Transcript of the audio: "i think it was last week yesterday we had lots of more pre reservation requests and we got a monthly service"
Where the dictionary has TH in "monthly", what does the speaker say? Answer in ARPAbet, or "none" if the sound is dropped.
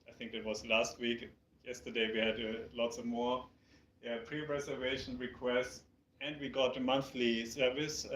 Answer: TH